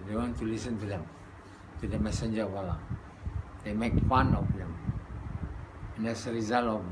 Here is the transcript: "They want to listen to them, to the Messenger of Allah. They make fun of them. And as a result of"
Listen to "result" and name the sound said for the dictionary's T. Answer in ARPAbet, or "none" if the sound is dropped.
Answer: none